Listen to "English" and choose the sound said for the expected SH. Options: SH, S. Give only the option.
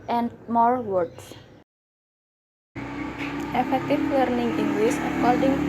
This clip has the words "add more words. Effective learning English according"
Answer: S